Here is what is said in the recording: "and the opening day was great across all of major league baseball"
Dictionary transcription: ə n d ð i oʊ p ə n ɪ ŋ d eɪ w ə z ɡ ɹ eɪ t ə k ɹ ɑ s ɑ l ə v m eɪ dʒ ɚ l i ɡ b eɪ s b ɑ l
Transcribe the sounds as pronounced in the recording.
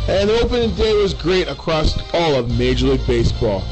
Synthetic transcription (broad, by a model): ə n ð i oʊ p ə n ɪ ŋ d eɪ w ə z ɡ ɹ eɪ t ə k ɹ ɑ s ɑ l ə v m eɪ dʒ ɚ l i ɡ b eɪ s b ɑ l